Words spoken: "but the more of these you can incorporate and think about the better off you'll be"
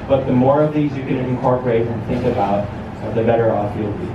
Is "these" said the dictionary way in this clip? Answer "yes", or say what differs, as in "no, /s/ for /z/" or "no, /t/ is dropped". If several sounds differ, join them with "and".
yes